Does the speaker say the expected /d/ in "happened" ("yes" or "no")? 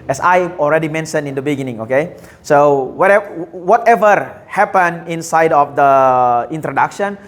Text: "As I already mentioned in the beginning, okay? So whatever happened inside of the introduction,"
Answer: no